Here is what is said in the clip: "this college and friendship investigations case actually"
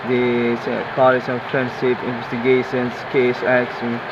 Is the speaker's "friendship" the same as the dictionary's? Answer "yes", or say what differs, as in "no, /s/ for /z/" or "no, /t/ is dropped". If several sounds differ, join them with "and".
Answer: no, /s/ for /ʃ/